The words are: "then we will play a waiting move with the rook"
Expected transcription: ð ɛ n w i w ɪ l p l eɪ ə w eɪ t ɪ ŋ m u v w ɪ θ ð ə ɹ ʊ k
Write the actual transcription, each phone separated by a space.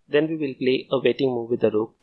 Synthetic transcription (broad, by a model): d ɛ n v i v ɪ l p l eɪ ə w eɪ t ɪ ŋ m u v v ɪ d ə ɹ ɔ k